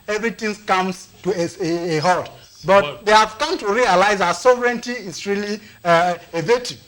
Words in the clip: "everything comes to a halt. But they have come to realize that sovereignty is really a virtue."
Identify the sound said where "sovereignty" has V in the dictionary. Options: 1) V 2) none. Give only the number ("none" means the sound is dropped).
1